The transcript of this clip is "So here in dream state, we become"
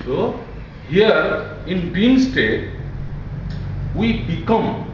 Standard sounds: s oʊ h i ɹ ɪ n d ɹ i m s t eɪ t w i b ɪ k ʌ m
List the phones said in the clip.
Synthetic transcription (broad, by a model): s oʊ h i ɹ ɪ n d i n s t eɪ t w i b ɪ k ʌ m